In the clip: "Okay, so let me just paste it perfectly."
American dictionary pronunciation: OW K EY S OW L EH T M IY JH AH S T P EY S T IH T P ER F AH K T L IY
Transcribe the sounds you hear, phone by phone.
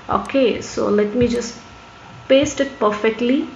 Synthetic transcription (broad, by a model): OW K EY S OW L EH T M IY JH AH S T P EY S T IH T P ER F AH K T L IY